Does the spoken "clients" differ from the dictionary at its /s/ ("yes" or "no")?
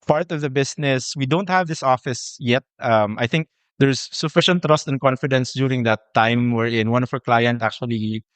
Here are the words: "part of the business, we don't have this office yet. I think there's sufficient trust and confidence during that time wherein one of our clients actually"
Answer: yes